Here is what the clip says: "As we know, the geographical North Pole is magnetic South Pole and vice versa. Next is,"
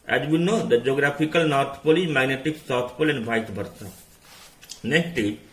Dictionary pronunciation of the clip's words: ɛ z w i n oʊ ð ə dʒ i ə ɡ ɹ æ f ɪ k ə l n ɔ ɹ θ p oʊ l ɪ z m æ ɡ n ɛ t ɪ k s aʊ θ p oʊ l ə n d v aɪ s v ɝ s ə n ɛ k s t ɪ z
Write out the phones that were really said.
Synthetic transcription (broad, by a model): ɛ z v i n oʊ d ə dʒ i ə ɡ ɹ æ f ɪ k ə l n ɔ ɹ t p oʊ l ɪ m æ ɡ n ɛ t ɪ k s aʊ t p oʊ l ə n d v aɪ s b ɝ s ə n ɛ k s t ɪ